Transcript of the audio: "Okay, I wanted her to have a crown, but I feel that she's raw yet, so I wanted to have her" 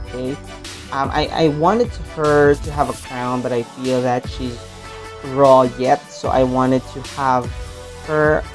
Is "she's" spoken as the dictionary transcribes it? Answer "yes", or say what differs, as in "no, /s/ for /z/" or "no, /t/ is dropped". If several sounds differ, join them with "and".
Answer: yes